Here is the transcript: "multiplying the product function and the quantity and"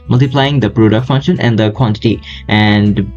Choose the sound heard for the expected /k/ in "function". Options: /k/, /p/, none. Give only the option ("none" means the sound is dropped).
/k/